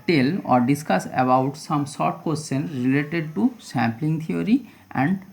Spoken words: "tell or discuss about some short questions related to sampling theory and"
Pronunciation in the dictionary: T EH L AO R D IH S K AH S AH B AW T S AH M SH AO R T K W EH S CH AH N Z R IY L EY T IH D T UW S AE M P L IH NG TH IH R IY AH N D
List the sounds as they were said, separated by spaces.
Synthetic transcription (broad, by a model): T EH L AO R D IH S K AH S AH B AW T S AH M S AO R T K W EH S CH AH N R IY L EY T IH D T UW S AE M P L IH NG T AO R IY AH N D